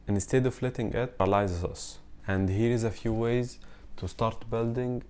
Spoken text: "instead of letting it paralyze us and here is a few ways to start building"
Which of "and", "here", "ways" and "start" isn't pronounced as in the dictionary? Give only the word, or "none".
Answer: none